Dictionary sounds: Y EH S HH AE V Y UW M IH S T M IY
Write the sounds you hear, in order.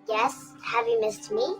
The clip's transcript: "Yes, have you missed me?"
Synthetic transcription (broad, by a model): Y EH S HH AE V Y UW M IH S T M IY